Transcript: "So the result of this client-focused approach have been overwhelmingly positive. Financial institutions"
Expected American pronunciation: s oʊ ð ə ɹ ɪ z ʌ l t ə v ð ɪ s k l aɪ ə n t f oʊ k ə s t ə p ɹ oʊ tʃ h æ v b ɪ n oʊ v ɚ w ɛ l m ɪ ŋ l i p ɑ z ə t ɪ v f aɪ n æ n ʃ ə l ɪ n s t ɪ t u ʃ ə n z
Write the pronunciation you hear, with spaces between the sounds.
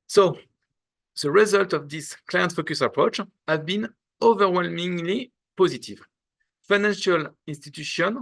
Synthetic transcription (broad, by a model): s oʊ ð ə ɹ ɪ z ʌ l t ə v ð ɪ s k l aɪ ə n t f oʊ k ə s ə p ɹ oʊ tʃ h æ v b ɪ n oʊ v ɚ w ɛ l m ɪ ŋ l i p ɑ z ə t ɪ v f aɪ n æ n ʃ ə l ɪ n s t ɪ t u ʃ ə n